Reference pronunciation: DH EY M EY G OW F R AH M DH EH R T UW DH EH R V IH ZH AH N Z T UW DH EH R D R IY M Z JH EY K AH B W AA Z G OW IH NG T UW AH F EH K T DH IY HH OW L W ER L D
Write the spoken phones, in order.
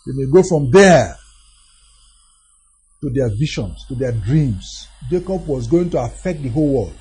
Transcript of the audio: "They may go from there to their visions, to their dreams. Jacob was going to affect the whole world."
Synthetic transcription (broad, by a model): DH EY M EY G OW F R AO M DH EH T UW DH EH V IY SH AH N S T UW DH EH D R IY M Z JH EY K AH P W AA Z G OW IH NG T UW AH F EH K T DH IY HH OW L W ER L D